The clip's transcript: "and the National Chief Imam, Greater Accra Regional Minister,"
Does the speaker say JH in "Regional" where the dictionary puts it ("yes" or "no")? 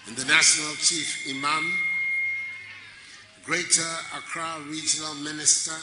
yes